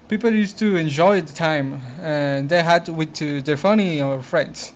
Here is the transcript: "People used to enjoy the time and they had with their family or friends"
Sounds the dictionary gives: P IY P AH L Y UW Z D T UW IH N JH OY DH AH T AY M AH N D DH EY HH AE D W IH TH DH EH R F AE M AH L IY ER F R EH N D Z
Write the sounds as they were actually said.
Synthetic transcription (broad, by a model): P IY P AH L Y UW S T UW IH N JH OY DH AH T AY M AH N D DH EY HH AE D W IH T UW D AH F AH N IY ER F R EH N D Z